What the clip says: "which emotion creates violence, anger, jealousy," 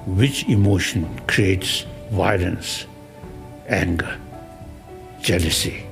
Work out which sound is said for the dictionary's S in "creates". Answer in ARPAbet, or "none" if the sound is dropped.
S